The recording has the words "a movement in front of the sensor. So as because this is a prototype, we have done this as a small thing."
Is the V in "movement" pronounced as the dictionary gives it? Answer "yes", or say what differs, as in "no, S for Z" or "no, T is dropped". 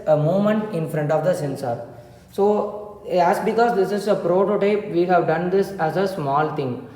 no, V is dropped